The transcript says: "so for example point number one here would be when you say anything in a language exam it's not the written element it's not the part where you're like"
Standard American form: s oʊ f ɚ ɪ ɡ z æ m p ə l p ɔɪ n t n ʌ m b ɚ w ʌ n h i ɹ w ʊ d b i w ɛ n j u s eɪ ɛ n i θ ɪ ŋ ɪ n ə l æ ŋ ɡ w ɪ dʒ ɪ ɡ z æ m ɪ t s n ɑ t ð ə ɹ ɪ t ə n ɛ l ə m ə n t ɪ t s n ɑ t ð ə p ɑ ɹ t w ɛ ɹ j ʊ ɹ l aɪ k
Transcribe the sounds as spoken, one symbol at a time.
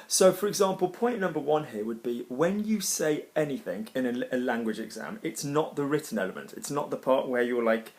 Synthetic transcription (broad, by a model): s oʊ f ɚ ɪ ɡ z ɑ m p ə l p ɔɪ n n ʌ m b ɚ w ʌ n h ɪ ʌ w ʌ d b i w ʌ n j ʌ s eɪ ɛ n i θ ɪ ŋ ɪ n ə l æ ŋ ɡ w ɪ dʒ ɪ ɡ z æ m ɪ t s n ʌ t ð ə ɹ ɪ t n ɛ l ə m ə n t ɪ t s n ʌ t ð ə p ɑ t w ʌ j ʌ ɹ l aɪ k